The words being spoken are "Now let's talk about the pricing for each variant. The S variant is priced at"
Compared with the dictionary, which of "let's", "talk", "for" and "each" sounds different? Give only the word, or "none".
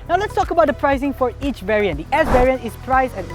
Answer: none